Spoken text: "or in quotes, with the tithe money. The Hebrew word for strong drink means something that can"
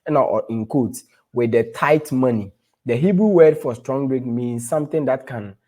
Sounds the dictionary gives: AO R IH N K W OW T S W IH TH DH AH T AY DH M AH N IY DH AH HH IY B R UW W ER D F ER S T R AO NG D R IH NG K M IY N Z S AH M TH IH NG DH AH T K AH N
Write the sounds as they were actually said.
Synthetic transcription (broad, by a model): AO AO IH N K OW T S W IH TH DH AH T AY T M AH N IY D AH HH IY B R UW W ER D F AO S T R AO NG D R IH K M IY N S S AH M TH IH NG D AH T K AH N